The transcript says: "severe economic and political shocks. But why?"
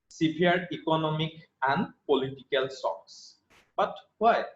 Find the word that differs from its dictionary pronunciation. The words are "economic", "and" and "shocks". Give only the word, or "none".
shocks